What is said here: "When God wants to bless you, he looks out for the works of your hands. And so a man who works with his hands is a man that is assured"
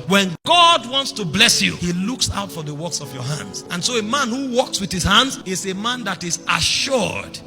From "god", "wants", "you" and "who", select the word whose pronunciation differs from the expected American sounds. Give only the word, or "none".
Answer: none